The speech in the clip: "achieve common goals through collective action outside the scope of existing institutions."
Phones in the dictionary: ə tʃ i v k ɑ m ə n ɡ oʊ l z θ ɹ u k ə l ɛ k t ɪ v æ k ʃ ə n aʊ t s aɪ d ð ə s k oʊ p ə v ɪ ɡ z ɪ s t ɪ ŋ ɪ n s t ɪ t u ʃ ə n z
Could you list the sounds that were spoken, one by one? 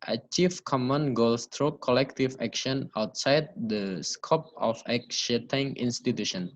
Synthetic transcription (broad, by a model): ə tʃ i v k ɑ m ə n ɡ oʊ l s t ɹ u k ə l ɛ k t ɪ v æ k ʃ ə n aʊ t s aɪ d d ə s k oʊ p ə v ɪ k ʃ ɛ t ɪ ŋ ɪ n s t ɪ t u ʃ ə n